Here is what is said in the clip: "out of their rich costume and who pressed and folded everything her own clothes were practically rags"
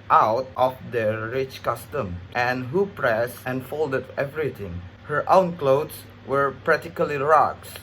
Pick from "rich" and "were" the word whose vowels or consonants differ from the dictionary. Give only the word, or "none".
none